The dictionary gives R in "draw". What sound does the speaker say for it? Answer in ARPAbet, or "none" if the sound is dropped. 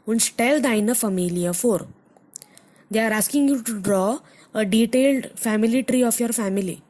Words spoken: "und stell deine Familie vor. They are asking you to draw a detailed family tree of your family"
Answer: R